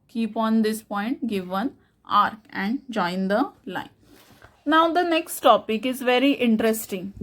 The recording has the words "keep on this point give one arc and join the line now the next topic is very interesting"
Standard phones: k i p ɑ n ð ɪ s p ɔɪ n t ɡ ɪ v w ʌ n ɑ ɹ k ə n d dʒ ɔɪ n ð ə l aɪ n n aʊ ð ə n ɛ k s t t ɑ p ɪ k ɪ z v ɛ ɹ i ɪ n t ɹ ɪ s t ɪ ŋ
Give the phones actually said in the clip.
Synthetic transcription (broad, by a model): k i p ɑ n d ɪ s p ɔɪ n t ɡ ɪ v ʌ n ɑ ɹ k ə n d dʒ ɔɪ n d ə l aɪ n n aʊ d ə n ɛ k s t t ɑ p ɪ k ɪ z v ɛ ɹ i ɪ n t ɹ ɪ s t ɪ ŋ